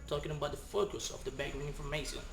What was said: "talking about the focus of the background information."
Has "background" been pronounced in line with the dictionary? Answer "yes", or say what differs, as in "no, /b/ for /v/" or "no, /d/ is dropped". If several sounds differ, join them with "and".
no, /d/ is dropped